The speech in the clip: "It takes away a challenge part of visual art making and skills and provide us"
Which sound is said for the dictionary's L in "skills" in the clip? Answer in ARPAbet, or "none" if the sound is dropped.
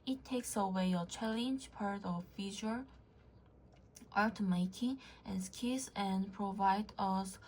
none